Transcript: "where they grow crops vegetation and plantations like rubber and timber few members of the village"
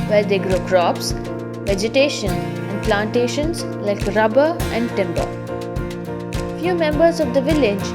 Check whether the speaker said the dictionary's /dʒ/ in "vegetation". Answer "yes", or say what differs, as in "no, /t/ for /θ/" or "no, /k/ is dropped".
yes